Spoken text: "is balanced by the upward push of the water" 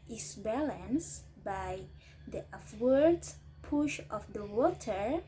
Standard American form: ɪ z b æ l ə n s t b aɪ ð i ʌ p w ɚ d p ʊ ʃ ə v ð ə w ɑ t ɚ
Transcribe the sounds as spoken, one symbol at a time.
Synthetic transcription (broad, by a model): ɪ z b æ l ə n s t b aɪ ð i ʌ f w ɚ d p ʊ ʃ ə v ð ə w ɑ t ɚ